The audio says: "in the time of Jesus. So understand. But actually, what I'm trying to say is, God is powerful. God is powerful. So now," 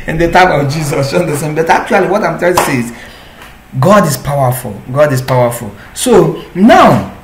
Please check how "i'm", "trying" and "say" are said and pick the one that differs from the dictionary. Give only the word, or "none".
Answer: trying